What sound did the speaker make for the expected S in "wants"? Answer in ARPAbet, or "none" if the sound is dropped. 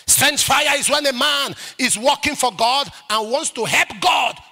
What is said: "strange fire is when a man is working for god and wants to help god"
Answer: S